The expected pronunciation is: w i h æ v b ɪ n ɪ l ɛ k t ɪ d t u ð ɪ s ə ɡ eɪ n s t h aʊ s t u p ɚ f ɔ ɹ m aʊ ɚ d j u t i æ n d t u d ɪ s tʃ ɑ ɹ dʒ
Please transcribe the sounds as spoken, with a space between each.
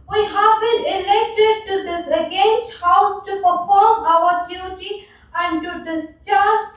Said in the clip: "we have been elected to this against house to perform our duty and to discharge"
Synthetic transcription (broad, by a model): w i h æ v b ɪ n ɪ l ɛ k t ɪ d t u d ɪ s ə ɡ eɪ n s t h aʊ s t u p ɚ f ɔ ɹ m aʊ ɚ d j u t i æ n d t u d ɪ s tʃ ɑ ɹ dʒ